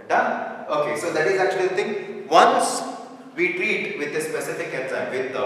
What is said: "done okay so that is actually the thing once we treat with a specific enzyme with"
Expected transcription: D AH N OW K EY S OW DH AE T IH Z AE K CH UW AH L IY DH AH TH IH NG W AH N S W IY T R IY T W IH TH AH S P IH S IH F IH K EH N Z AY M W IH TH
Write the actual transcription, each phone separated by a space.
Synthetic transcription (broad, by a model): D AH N OW K EY S OW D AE T IH Z AE K CH UW AH L IY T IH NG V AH N S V IY T R IY T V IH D AH S P IH S IH F IH K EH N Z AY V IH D